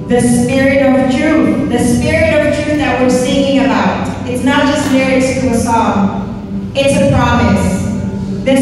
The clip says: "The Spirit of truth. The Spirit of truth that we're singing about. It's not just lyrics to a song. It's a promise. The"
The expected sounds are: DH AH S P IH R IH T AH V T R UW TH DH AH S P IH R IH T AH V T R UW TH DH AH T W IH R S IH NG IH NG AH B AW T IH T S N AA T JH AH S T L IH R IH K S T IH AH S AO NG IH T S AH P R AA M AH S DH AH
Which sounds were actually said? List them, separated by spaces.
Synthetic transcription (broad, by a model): DH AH S P IH R IH T AH V T R UW TH DH AH S P IH R IH T AH V T R UW TH DH AH T W IH R S IH NG IH NG AH B AW T IH T S N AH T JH AH S T N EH R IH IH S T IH AH S AO NG IH T S AH P R AA M AH S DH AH